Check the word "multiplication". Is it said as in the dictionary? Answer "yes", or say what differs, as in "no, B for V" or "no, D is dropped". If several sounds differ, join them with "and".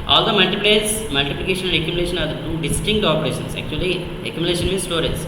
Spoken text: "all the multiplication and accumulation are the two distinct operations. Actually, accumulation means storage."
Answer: no, L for N